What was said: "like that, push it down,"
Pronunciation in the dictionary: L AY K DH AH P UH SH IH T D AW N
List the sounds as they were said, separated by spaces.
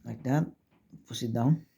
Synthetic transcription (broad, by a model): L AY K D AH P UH S IH T D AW N